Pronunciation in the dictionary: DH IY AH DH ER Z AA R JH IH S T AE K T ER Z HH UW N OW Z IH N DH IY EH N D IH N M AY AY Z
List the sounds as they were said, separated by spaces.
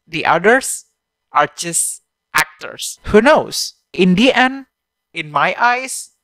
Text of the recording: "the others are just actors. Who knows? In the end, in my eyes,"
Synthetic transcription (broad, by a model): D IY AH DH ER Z AA R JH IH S T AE K T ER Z HH UW N OW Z IH N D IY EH N IH N M AY AY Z